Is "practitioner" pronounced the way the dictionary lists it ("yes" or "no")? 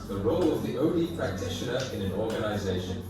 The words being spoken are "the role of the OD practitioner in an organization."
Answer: yes